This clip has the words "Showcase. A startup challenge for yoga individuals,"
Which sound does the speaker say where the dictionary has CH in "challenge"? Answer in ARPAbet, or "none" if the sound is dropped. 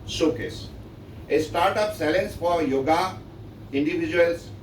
S